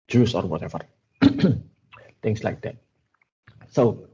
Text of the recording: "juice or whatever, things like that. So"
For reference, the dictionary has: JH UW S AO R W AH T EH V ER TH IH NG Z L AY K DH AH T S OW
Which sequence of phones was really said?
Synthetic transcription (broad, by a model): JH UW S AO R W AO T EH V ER T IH NG S L AY K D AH T S OW